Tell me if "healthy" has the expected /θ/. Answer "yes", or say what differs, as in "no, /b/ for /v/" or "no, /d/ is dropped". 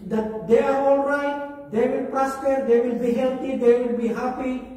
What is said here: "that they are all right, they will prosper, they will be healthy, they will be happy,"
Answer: no, /t/ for /θ/